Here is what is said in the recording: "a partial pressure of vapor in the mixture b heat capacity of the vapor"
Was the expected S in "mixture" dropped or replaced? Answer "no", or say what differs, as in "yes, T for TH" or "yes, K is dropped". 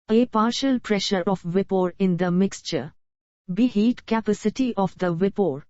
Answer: no